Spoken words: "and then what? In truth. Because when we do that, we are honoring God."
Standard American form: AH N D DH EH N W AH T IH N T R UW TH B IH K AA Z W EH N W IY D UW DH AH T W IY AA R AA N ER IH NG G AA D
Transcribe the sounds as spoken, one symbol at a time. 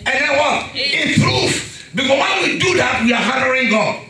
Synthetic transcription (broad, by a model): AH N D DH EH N W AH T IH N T R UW F B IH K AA S W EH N W IY D UW DH AH T W IY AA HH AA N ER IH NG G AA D